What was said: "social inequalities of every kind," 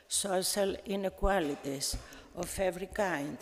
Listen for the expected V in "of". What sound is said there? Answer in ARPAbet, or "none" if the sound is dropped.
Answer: F